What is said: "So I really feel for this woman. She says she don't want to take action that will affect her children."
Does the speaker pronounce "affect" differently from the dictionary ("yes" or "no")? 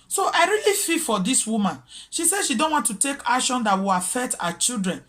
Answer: yes